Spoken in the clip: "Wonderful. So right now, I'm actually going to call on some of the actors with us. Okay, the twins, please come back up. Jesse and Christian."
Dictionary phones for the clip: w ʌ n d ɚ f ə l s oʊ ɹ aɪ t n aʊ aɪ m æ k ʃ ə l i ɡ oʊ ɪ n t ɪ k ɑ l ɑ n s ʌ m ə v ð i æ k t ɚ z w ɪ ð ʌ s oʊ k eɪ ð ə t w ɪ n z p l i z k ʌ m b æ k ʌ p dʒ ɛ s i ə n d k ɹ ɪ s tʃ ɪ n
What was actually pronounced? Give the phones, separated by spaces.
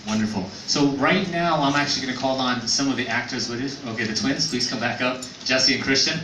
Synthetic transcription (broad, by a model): w ʌ n d ɚ f l s oʊ ɹ aɪ t n aʊ aɪ m æ k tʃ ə l i ɡ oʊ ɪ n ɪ k ɑ l n s ʌ m ə v ð i æ k t ɚ z w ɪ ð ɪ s oʊ k eɪ ð ə t w ɪ n z p l i z k ʌ m b æ k ʌ p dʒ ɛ s i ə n k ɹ ɪ s tʃ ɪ n